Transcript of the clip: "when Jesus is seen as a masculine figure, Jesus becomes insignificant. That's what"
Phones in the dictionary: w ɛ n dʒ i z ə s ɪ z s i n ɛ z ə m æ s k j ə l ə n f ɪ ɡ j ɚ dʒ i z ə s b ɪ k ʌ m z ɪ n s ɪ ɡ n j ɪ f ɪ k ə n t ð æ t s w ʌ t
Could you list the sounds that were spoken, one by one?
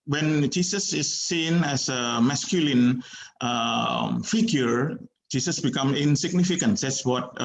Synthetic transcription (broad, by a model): w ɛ n dʒ i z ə s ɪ s i n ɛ s ə m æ s k j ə l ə n f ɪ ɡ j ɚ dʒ i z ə s b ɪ k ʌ m ɪ n s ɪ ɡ n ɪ f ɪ k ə n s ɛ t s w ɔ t